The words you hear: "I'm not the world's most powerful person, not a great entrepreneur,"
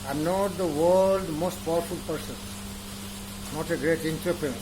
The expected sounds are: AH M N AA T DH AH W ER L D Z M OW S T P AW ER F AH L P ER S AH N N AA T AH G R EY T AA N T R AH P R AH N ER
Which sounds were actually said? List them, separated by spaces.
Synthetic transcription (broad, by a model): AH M N AA T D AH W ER L D M OW S T P AW ER F AH L P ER S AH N N AA T AH G R EY T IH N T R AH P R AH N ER